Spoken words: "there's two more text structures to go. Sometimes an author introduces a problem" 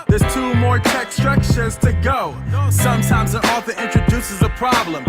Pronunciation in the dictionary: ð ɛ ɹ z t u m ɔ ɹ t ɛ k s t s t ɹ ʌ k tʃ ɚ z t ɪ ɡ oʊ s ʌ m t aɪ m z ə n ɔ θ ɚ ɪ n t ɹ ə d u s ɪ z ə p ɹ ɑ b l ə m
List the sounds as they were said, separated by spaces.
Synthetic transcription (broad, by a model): ð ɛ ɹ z t u m ɔ ɹ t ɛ k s s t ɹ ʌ k ʃ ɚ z t ɪ ɡ oʊ s ʌ m t aɪ m z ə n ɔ f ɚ ɪ n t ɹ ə d u s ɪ z ə p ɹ ɑ b l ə m